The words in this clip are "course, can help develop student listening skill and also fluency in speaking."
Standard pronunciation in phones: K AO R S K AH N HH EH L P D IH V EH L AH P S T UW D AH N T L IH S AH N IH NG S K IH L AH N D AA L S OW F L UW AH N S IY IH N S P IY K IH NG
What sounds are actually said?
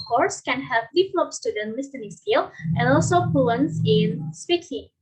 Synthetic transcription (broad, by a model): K AO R S K AH N HH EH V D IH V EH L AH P S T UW D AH N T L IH S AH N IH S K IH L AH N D AA L S OW P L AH N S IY IH N S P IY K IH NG